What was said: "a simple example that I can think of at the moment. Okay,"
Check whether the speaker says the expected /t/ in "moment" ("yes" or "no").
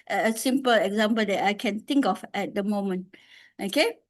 yes